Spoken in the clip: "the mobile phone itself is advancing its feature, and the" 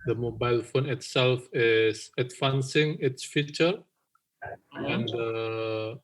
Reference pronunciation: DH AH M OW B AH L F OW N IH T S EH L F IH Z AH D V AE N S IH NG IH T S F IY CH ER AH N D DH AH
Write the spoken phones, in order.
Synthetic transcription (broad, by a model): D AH M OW B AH L F OW N IH T S EH L F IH S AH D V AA N S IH NG IH T S F IY CH ER AH N D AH